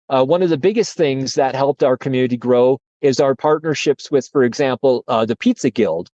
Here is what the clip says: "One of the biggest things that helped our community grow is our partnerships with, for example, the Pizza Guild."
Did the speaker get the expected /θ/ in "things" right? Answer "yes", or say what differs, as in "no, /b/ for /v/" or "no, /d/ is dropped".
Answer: yes